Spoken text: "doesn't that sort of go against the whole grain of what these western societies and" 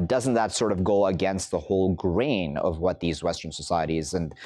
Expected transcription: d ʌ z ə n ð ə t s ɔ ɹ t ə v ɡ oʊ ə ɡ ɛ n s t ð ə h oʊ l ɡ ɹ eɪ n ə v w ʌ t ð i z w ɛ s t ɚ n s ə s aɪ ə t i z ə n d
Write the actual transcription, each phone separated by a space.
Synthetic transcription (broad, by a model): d ʌ z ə n ð ə t s ɔ ɹ t ə v ɡ oʊ ə ɡ ɛ n s t ð ə h oʊ l ɡ ɹ eɪ n ə v w ʌ t ð i z w ɛ s t ɚ n s ə s aɪ ə t i z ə n